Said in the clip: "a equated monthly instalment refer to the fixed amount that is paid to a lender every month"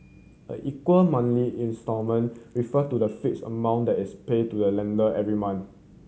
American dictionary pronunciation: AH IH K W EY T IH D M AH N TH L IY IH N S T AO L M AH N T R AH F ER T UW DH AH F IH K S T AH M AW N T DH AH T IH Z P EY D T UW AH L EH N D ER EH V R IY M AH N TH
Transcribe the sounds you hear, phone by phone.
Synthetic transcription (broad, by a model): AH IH K W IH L M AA N L IY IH N S T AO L M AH N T R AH F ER T UW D AH F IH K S AH M AW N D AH T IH S P EY D T UW AH L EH N D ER EH V R IY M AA N